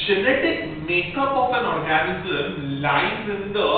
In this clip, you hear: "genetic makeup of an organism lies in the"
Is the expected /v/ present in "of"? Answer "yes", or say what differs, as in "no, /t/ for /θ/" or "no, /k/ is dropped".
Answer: no, /p/ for /v/